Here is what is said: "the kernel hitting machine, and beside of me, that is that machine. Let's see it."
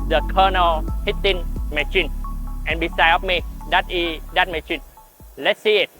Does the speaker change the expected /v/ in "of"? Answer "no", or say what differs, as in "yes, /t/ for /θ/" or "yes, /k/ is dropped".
yes, /f/ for /v/